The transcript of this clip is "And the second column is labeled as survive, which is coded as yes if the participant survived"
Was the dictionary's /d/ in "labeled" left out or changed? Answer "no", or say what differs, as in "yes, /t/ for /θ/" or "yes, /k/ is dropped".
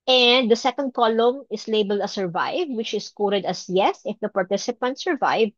no